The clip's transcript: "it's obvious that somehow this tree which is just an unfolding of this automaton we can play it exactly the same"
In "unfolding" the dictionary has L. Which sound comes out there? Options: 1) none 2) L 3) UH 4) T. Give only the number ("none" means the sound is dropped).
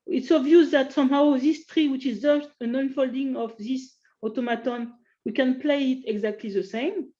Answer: 2